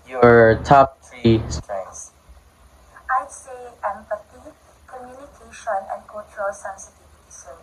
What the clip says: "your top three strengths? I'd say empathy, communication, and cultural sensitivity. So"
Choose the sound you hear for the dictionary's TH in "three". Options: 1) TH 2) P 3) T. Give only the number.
3